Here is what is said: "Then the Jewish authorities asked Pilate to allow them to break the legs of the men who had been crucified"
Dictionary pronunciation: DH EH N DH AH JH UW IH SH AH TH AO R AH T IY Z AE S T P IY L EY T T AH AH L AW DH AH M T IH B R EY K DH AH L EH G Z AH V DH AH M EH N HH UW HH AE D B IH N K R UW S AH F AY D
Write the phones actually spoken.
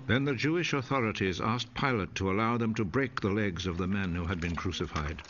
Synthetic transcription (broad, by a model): DH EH N DH AH JH UW IH SH AH TH AO R AH T IY Z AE S P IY L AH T T AH AH L AW DH AH M T IH B R EY K DH AH L EH G Z AH V DH AH M EH N HH UW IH D B IH N K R UW S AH F AY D